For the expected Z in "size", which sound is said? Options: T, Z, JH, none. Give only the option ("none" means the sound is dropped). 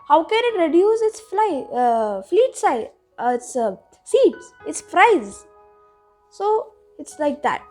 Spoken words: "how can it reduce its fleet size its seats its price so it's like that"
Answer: none